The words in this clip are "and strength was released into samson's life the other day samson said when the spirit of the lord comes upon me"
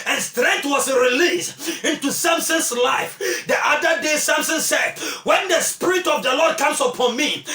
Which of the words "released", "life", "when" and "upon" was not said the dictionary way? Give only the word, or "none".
released